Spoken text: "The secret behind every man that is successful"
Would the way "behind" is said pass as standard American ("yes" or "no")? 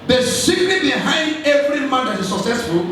yes